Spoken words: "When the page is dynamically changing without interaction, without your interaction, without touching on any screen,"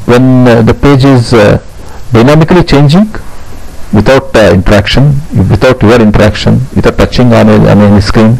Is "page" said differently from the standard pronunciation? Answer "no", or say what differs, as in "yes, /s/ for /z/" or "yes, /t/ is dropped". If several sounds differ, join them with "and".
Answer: no